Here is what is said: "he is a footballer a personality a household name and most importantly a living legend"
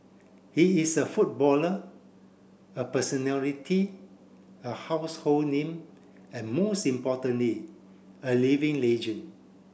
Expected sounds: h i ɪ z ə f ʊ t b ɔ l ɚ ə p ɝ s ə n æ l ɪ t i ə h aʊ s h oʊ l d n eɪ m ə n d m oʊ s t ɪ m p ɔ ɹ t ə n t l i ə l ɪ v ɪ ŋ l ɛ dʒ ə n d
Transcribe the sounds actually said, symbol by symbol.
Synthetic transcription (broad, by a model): h i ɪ s ə f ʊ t b ɔ l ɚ ə p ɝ s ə n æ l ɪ t i ə h aʊ s h oʊ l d n eɪ m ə n m oʊ s t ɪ m p ɔ t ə n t l i ə l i v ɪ ŋ l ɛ dʒ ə n